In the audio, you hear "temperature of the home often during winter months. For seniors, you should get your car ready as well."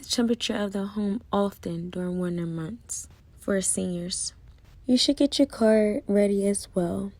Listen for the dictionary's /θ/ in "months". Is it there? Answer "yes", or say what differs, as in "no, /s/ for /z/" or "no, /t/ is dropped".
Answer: yes